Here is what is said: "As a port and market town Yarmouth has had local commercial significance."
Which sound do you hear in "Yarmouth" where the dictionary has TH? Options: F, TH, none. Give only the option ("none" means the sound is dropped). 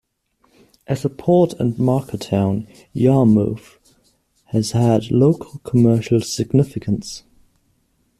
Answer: F